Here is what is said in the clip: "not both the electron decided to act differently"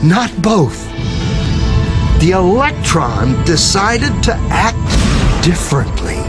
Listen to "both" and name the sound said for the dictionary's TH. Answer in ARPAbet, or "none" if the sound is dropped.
TH